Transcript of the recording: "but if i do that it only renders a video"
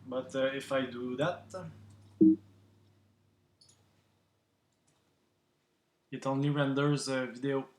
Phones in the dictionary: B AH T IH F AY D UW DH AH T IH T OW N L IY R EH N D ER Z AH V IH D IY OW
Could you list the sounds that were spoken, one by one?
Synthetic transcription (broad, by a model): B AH T IH F AY D UW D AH T IH T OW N IY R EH N D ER Z V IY D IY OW